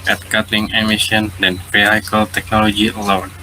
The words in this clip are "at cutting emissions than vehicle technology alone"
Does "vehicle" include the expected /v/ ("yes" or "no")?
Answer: no